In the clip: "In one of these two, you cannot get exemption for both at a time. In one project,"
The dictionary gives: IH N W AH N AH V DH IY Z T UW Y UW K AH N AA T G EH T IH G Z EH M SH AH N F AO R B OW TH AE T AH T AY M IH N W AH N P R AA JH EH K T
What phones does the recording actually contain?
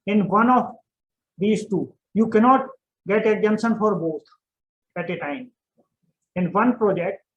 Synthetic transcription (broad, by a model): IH N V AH N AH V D IY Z T UW Y UW K AH N AA T G EH T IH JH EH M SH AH N F AO R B OW T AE T AH T AY M IH N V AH N P R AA JH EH K T